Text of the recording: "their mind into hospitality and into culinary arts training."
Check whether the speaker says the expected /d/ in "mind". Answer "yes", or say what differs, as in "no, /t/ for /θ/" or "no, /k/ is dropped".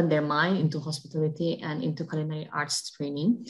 no, /d/ is dropped